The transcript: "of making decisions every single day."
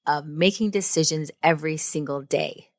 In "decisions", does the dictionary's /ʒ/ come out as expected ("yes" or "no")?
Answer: yes